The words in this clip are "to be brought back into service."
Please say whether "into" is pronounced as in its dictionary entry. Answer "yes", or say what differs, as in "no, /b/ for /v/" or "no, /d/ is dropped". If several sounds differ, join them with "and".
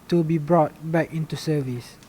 yes